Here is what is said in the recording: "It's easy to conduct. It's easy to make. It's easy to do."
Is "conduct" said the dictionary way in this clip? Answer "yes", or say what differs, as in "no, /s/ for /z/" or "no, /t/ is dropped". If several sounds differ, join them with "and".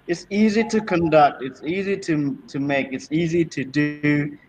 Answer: yes